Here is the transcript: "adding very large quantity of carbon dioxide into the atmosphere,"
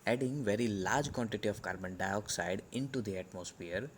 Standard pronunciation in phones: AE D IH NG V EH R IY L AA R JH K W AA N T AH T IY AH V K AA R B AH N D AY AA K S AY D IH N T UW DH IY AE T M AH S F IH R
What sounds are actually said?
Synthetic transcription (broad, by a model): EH D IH NG V EH R IY L AA R JH K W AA N T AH T IY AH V K AA R B AH N D AY AA K S AY D IH N T UW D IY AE T M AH S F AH R